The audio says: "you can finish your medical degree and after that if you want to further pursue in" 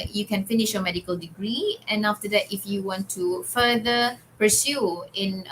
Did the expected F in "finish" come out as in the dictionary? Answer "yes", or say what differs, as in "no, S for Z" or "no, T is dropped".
yes